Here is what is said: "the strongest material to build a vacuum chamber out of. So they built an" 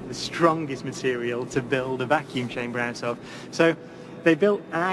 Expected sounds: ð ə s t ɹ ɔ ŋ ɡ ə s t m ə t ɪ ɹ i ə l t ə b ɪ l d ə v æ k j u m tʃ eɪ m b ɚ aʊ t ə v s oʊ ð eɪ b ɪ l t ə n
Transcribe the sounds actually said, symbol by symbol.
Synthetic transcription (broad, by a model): ð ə s t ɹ ɔ ŋ ɡ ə s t m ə t ɪ ɹ i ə l t ə b ɪ l d ə v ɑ k j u m tʃ eɪ m b ɚ aʊ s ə f s oʊ ð eɪ b ɪ l t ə